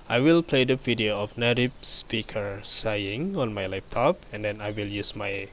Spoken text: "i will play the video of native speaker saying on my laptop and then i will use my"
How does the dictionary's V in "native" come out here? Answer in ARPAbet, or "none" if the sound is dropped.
P